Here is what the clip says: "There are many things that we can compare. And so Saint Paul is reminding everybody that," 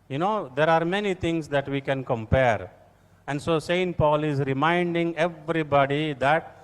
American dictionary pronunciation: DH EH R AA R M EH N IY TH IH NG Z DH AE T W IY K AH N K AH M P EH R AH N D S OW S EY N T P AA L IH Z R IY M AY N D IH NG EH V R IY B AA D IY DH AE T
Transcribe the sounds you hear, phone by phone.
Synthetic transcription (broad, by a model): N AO R AA R M EH N IY T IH NG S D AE T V IY K AH N K AH M P EH R AH N D S OW S EY N T P AA L IH Z R IY M AY N D IH NG EH V R IY B AA D IY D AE T